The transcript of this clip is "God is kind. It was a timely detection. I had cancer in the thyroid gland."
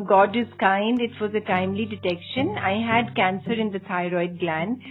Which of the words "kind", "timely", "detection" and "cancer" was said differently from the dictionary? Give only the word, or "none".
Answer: none